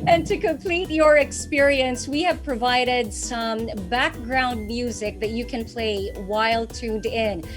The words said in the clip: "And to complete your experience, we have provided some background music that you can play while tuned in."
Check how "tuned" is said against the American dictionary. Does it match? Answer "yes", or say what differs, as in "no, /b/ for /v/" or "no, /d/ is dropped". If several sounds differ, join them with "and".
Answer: yes